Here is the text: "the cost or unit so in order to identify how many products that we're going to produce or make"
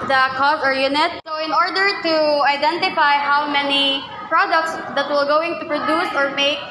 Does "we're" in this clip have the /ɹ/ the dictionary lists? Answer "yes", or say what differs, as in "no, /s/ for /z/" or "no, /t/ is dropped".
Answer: no, /l/ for /ɹ/